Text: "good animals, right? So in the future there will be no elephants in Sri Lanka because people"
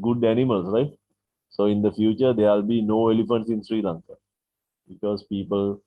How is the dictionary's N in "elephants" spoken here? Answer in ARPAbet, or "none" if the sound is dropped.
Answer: N